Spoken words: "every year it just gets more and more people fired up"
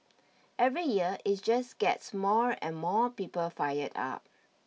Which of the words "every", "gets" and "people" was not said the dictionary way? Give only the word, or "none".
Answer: none